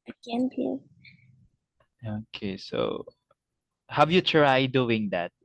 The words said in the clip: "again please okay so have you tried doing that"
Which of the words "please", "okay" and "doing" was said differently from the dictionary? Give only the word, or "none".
please